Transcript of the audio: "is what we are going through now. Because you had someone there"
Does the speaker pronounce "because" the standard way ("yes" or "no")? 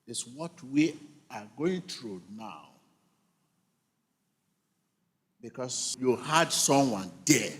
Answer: no